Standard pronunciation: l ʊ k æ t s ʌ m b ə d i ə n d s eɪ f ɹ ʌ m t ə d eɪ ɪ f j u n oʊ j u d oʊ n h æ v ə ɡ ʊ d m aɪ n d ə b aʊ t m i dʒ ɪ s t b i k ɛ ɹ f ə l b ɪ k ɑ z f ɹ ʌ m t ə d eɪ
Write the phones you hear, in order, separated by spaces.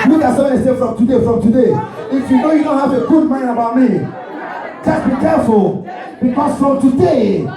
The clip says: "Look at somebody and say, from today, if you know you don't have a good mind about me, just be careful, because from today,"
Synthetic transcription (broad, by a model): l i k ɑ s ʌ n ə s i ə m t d eɪ f ɹ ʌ m t ə d eɪ ɪ f j u n oʊ j u d oʊ n h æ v ə ɡ ʊ d m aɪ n ə b aʊ t m i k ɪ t b i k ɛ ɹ f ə l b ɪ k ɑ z f ɹ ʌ m t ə d eɪ